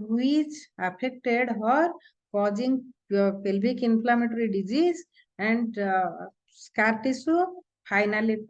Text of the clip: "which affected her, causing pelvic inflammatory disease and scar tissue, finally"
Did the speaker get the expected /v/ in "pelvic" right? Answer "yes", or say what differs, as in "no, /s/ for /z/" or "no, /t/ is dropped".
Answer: no, /b/ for /v/